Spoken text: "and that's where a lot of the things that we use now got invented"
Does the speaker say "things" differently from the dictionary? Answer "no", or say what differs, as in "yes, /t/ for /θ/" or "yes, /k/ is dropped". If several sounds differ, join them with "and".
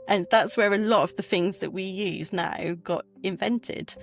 no